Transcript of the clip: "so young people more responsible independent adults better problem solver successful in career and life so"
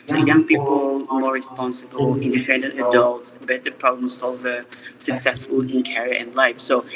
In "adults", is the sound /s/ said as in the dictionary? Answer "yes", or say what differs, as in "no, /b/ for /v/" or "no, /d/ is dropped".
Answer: no, /s/ is dropped